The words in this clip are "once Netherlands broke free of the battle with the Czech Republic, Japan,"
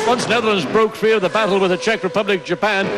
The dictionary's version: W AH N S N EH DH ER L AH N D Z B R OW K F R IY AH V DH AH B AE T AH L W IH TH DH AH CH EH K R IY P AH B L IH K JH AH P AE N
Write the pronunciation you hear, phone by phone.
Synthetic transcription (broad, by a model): W AH N S N EH DH ER L AH N D Z B R OW K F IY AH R DH AH B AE T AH L W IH DH AH CH EH K R IY P AH B L IH K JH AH P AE N